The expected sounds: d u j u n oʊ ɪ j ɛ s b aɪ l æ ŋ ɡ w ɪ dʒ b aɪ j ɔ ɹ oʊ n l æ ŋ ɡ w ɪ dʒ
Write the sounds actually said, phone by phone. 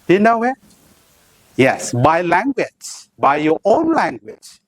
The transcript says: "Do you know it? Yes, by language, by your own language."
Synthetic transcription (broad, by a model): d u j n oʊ ɪ j ɛ s b aɪ l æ ŋ ɡ w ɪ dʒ b aɪ j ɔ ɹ oʊ n l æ ŋ ɡ w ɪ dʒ